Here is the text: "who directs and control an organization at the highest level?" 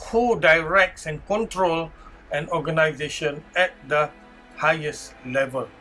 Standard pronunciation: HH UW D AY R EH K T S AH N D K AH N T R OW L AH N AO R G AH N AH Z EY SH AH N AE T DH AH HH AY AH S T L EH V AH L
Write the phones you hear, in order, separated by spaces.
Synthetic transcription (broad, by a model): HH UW D AY R EH K T S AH N K AH N T R OW L AH N AO G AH N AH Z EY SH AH N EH T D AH HH AY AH S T L EH V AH L